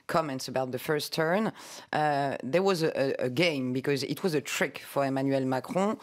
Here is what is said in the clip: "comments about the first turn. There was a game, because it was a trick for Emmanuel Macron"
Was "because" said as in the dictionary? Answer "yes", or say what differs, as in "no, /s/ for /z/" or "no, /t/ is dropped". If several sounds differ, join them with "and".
yes